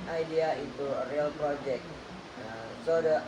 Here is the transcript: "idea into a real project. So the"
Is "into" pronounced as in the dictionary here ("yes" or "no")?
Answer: no